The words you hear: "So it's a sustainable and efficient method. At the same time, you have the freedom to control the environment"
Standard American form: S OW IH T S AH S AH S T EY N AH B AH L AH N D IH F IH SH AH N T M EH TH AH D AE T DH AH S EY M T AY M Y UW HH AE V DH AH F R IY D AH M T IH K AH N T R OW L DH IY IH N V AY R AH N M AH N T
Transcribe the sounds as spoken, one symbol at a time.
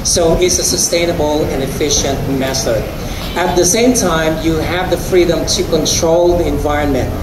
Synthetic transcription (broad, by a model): S OW IH T S AH S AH S T EY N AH B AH L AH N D IH F IH SH AH N T M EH S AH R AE T DH AH S EY M T AY M Y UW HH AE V DH AH F R IY D AH M T IH K AH N T R OW L DH IY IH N V AY R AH N M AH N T